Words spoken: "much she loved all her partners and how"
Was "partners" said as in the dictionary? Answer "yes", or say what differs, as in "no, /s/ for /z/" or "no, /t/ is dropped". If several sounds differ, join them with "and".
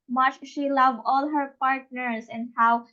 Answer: no, /s/ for /z/